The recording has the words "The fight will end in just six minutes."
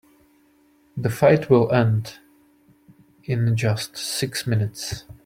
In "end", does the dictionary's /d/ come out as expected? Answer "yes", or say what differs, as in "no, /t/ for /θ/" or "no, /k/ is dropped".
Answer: yes